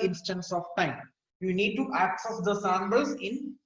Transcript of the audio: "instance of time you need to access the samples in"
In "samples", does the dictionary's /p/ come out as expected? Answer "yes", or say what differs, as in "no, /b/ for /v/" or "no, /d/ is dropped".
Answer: no, /b/ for /p/